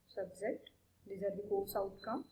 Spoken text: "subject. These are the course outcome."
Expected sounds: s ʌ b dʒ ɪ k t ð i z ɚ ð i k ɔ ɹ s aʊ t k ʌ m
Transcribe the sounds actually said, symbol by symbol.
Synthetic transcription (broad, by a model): s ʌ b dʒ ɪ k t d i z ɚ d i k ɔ l s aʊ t k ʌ